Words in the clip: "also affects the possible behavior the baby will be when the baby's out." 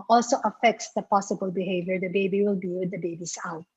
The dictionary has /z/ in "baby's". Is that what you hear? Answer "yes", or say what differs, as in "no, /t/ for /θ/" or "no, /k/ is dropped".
no, /s/ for /z/